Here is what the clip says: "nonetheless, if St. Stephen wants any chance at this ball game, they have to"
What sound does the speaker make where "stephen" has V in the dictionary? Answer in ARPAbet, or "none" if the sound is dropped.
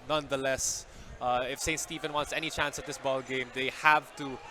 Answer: V